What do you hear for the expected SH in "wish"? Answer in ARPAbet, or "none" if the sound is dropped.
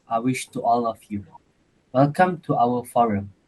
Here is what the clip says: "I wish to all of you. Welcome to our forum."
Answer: SH